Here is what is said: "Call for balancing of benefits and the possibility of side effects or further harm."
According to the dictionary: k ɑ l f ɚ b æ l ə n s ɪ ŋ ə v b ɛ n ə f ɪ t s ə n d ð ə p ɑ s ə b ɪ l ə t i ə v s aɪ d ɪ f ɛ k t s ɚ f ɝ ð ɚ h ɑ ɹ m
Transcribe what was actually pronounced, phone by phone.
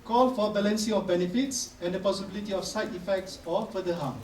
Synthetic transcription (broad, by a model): k ɑ l f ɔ b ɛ l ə n s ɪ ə f b ɛ n ə f ɪ t s ə n d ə p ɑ s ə b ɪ l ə t i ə f s aɪ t ɪ f ɛ k t s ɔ f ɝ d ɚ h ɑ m